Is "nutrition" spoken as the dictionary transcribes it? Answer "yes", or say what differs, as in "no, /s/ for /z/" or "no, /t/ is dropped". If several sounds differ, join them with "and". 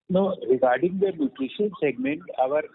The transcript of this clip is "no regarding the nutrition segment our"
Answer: no, /ɹ/ is dropped